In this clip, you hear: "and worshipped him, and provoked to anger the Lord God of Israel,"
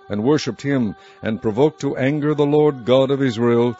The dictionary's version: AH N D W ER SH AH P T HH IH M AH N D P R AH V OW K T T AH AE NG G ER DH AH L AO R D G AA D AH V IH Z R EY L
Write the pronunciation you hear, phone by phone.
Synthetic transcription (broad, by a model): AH N W ER SH AH P T HH IH M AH N P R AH V OW K T T AE NG G ER DH AH L AO R D G AA D AH V IH Z R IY L